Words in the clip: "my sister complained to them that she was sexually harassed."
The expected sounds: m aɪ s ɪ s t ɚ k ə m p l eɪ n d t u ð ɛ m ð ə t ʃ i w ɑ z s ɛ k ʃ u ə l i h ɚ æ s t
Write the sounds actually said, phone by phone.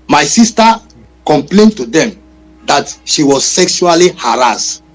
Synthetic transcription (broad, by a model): m aɪ s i s t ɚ k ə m p l eɪ n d t u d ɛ m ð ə t ʃ i w ɑ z s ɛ k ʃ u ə l i h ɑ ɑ s t